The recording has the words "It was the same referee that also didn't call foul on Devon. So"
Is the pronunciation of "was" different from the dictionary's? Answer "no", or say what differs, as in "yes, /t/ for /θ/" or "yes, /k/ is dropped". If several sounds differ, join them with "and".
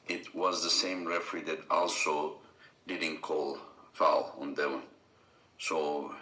no